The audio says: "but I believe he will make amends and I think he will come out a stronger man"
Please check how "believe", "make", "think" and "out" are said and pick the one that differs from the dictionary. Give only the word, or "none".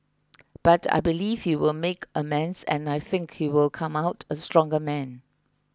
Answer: none